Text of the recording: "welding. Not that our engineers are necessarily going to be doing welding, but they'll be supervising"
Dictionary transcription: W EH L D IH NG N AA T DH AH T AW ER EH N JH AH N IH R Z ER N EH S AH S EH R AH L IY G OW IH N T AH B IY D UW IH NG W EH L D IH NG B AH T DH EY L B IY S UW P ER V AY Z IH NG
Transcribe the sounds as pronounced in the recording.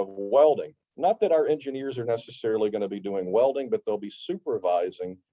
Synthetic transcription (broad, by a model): W EH L D IH NG N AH T DH AH T AW ER EH N JH AH N IH R Z ER N EH S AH S EH R L IY G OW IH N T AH B IY D UW IH NG W EH L D IH NG B AH T DH EY L B IY S UW P ER V AY Z IH NG